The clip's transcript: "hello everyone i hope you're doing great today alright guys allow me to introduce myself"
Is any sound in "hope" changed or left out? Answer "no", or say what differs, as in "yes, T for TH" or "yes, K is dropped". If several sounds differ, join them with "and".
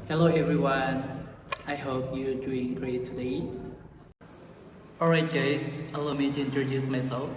no